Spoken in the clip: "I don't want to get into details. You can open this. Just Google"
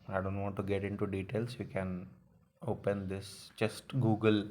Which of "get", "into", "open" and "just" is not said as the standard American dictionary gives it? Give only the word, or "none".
just